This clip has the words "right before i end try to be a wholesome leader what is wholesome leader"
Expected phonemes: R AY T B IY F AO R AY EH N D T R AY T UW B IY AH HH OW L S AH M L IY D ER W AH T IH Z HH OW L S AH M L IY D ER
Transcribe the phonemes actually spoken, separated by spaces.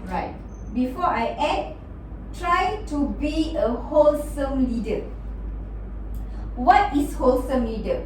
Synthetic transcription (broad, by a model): R AY T B IY F AO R AY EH D T R AY T UW B IY AH HH OW L S AH M L IY D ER W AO T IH S HH OW L S AH M L IY D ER